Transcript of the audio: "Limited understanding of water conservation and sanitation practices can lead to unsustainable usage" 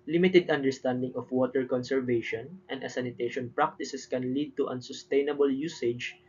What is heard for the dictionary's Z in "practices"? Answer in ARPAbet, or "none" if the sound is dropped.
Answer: S